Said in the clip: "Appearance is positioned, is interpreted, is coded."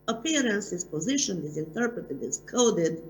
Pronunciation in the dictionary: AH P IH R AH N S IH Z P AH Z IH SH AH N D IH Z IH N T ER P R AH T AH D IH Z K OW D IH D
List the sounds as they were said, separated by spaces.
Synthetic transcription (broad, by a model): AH P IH R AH N S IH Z P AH Z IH SH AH N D IH Z IH N T ER P R AH T AH D IH Z K OW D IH D